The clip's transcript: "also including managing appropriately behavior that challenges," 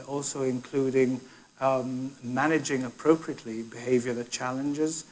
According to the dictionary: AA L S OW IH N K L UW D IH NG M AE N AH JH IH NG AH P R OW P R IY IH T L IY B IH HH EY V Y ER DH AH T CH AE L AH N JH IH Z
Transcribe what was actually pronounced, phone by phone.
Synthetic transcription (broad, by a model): AA L S OW IH N K L UW D IH NG M AE N AH JH IH NG AH P R OW P R IY IH T L IY B IH HH EY V Y ER DH AH T CH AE L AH N JH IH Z